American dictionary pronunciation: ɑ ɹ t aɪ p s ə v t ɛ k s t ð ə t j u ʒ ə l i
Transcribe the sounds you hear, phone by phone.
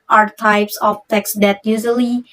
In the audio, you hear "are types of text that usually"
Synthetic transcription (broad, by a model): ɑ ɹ t aɪ p s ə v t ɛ k s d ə t j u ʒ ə l i